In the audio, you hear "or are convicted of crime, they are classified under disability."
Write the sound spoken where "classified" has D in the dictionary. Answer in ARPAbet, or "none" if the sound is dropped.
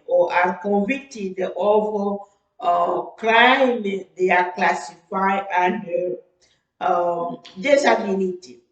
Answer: none